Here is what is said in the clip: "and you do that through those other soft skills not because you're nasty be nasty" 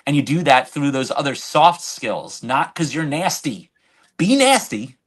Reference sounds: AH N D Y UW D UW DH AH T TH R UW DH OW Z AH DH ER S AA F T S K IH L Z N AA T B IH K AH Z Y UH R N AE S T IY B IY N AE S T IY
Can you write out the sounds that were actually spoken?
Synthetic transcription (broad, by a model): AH N Y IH D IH DH AH T TH R UW DH OW Z AH DH ER S AA F T S K IH L Z N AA T K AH Z Y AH R N AE S T IY B IY N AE S T IY